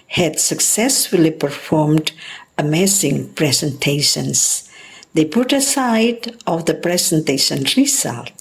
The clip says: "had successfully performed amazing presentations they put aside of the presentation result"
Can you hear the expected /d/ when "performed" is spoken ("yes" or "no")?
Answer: yes